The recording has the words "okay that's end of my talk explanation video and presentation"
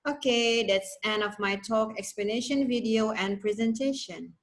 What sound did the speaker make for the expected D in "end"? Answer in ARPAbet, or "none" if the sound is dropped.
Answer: none